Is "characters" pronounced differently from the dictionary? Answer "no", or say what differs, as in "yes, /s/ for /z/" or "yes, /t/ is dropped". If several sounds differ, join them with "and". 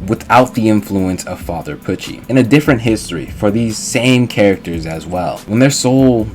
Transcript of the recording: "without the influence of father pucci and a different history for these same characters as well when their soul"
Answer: no